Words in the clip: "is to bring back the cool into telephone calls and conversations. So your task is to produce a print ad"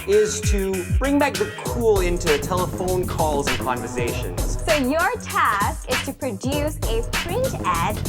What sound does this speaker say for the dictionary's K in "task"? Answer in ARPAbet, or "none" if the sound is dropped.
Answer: K